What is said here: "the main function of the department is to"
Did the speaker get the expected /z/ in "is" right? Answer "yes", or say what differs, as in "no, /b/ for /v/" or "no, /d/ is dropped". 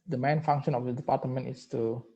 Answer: no, /s/ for /z/